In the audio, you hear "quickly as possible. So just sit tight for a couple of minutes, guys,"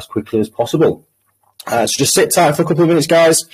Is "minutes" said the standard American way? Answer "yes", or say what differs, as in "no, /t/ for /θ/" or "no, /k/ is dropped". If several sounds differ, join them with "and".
yes